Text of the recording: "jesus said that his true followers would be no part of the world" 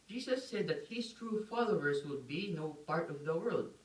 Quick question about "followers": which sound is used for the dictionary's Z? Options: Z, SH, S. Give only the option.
S